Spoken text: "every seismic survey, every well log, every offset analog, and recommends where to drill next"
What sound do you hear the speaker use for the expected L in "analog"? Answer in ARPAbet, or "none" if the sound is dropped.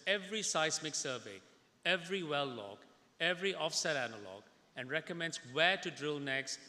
L